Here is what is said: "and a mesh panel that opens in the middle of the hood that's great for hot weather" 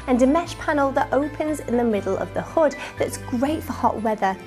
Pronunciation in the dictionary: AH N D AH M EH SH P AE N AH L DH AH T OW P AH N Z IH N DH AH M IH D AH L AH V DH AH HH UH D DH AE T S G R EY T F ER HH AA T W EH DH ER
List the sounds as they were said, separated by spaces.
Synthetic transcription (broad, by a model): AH N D AH M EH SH P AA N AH L DH AH T OW P AH N Z IH N DH AH M IH D AH L AH V DH AH HH UH D DH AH T S G R EY T F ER HH AA T W EH DH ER